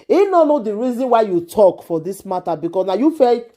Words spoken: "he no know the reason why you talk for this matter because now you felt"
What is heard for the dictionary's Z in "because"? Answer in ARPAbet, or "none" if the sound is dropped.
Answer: S